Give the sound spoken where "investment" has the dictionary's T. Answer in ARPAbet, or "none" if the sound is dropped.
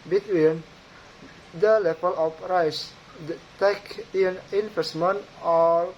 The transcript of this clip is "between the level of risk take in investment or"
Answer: none